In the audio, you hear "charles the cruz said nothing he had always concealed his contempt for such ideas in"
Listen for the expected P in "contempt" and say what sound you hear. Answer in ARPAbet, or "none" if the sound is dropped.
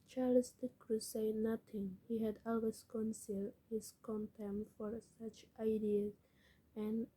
none